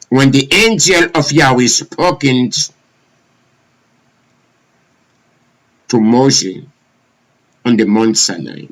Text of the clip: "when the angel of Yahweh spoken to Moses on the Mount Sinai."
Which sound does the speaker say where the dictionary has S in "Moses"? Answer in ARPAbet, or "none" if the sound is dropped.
none